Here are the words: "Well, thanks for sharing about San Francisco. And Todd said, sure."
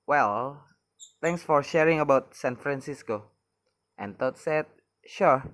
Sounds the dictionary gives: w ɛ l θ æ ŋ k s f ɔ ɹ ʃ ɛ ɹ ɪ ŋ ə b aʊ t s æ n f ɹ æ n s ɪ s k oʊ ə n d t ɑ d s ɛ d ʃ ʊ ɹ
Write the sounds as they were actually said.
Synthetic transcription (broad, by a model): w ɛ l t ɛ ŋ k s f ɔ ɹ ʃ ɛ ɹ ɪ ŋ ə b aʊ t s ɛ n f ɹ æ n s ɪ s k oʊ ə n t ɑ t s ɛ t ʃ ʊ ɹ